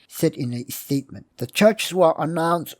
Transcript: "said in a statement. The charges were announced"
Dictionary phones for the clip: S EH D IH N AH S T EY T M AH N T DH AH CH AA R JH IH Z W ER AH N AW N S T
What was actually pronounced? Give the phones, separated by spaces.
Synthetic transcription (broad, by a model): S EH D IH N AH S T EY T M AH N DH AH CH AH R CH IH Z W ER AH N AW N S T